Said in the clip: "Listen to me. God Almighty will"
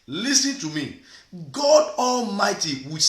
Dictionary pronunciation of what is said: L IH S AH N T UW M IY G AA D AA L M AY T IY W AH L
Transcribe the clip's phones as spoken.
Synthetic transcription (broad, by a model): L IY S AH N T UW M IY G AA D AA L M AY T IY W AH